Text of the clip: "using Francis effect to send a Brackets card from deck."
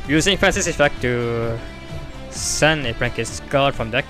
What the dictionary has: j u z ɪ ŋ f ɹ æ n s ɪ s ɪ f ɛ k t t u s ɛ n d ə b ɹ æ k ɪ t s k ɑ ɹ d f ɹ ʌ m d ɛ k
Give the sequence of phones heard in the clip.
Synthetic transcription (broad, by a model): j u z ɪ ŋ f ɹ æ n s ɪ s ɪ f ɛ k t t u s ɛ n ə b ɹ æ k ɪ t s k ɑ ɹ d f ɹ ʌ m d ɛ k